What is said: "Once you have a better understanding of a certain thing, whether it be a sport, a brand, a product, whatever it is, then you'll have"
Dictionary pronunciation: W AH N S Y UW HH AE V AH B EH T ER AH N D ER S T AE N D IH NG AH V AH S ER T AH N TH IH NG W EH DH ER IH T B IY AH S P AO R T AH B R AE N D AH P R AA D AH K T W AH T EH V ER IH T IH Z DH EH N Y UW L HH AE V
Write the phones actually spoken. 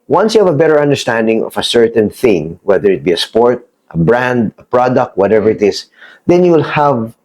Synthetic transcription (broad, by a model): W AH N S Y UW HH AE V AH B EH T ER AH N D ER S T AE N D IH NG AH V AH S ER T AH N TH IH NG W EH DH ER IH T B IY AH S P AO R T AH B R AE N D AH P R AA D AH K T W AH T EH V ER IH T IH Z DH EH N Y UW L HH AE V